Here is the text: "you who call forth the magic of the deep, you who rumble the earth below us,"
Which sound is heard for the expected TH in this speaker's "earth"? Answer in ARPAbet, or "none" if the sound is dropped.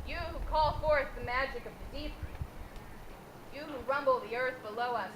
TH